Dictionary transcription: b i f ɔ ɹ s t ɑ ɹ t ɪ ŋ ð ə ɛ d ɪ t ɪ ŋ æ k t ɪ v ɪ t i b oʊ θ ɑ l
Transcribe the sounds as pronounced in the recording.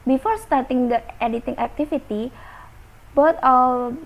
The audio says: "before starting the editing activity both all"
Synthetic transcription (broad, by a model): b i f ɔ ɹ s t ɑ ɹ t ɪ ŋ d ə ɛ d ɪ t ɪ ŋ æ k t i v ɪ t i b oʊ t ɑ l